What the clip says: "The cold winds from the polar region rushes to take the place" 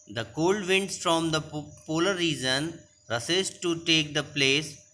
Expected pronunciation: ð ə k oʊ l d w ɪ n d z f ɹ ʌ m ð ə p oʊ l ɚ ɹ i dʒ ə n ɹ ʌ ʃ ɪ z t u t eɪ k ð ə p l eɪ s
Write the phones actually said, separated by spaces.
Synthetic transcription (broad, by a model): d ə k oʊ l d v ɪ n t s f ɹ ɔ m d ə p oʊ l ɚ ɹ i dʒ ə n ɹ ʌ s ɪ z t u t eɪ k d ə p l eɪ s